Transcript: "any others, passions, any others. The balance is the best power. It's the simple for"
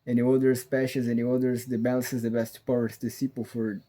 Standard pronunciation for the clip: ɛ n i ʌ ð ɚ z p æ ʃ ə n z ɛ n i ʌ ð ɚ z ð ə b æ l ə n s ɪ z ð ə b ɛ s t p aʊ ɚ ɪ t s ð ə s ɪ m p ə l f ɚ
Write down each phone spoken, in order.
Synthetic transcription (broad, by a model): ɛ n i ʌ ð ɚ s p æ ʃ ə z ɛ n i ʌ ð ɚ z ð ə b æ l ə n s ɪ z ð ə b ɛ s t p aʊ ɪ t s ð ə s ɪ p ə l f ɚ